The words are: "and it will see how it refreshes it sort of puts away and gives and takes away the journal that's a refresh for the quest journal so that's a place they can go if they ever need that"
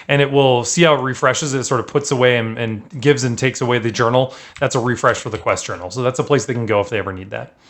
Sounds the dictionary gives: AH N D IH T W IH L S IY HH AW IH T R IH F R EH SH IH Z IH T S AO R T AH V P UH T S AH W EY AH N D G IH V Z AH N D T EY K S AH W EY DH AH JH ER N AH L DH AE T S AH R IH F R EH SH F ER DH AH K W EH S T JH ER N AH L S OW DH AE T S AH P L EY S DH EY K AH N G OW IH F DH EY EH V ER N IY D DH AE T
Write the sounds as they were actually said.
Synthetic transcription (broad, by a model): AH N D IH T W IH L S IY HH AW IH T R IH F R EH SH IH Z IH T S AO R T AH V P UH T S AH W EY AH N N G IH V Z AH N T EY K S AH W EY DH AH JH ER N L DH AE T S AH R IH F R EH SH F ER DH AH K W EH S T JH ER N L S OW DH AE T S AH P L EY S DH EY K N G OW IH F DH EY EH V ER N IY D DH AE T